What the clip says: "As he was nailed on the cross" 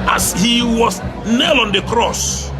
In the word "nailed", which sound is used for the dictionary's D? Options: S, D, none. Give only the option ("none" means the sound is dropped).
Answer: none